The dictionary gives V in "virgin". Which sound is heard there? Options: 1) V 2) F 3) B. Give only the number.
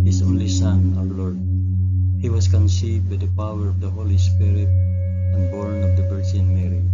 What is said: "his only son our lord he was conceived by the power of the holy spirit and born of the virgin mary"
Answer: 3